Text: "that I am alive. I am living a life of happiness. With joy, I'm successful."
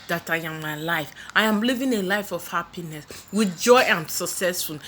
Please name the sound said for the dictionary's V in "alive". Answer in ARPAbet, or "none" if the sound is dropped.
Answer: F